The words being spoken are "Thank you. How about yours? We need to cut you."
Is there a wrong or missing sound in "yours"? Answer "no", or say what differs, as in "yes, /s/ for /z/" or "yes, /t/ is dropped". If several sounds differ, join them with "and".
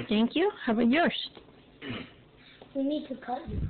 yes, /s/ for /z/